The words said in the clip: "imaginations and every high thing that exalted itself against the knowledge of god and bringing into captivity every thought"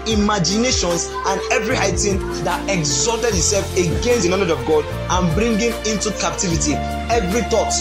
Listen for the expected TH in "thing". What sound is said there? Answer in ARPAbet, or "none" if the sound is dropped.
T